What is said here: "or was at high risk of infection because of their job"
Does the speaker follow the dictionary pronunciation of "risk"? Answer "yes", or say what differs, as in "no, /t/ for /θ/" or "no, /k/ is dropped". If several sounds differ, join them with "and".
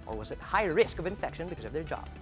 yes